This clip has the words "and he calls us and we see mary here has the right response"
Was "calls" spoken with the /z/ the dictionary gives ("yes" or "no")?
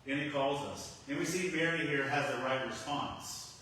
yes